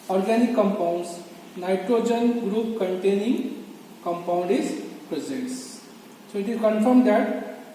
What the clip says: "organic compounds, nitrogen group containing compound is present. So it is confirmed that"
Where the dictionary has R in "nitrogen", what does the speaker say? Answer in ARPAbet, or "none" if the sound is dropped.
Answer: R